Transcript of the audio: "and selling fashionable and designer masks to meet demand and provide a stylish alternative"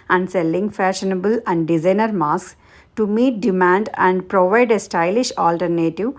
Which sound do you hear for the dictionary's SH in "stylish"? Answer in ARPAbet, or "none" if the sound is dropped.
SH